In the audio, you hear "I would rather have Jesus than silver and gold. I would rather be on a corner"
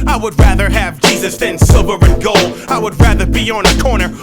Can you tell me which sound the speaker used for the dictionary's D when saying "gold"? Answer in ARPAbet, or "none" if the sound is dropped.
none